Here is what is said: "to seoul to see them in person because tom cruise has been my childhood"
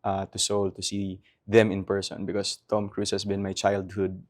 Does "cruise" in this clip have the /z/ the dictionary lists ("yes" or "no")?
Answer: no